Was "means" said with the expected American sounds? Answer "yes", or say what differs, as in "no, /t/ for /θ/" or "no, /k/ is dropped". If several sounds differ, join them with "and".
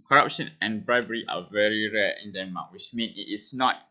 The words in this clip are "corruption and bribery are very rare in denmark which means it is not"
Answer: no, /z/ is dropped